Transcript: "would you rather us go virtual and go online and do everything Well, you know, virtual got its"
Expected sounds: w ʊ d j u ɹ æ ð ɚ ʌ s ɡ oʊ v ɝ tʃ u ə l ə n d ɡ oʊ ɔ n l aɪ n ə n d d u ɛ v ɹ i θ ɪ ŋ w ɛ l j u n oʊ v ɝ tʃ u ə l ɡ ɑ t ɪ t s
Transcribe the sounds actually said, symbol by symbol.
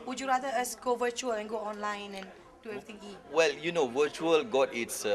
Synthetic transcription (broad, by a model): w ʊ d j u ɹ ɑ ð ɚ ʌ s ɡ oʊ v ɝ tʃ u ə l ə n ɡ oʊ ɔ n l aɪ n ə n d d u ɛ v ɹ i t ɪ ŋ w ɛ l j u n oʊ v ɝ tʃ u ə l ɡ ɑ t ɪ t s